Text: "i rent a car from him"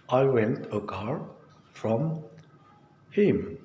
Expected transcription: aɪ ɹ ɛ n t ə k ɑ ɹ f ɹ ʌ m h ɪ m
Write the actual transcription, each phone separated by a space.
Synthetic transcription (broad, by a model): aɪ w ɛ n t ə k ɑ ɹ f ɹ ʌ m h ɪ m